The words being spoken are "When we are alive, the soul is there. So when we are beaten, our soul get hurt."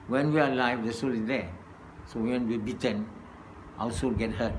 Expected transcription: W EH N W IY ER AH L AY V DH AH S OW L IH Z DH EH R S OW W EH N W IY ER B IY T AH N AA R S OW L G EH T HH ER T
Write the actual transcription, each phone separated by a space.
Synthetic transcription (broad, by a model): W EH N W IY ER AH L AY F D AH S OW L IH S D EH S OW W EH N W IY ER B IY T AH N AA W S OW L G EH T HH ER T